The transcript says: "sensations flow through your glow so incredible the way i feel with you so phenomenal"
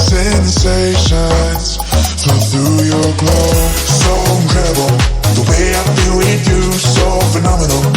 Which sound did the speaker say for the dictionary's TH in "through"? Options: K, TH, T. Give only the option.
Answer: TH